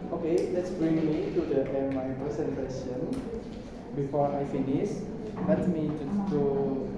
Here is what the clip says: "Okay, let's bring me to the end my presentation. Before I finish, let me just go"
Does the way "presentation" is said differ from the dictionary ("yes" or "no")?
yes